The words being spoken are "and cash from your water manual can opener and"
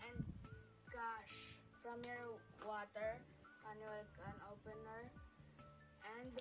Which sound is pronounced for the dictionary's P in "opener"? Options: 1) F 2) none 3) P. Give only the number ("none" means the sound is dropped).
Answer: 3